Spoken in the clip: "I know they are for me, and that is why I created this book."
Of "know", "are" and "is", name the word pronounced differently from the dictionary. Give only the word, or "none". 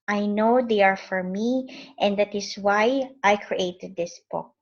is